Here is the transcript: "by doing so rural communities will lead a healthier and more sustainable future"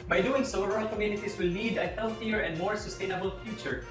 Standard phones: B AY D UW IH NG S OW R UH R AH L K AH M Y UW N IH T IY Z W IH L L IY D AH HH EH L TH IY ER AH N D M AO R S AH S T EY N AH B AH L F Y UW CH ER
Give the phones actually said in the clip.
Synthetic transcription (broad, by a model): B AY D UW IH NG S OW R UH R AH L K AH M Y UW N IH T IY S W IH L N IY D AH HH EH L TH IY ER AH N D M AO R S AH S T EY N AH B AH L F Y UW CH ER